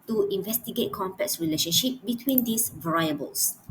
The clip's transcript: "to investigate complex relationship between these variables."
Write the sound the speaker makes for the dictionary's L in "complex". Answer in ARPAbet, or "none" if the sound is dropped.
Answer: none